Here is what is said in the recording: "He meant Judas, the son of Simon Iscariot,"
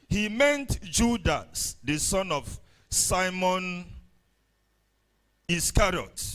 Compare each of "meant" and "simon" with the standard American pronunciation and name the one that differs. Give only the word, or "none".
none